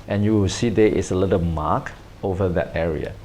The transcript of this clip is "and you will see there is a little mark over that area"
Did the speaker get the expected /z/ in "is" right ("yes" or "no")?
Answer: no